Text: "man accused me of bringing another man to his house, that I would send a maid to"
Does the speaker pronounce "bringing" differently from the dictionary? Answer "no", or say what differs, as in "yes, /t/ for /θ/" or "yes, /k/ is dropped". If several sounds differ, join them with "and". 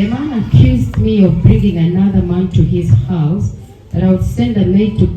no